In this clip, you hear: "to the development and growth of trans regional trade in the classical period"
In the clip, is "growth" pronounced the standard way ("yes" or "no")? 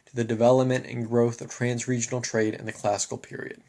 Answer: yes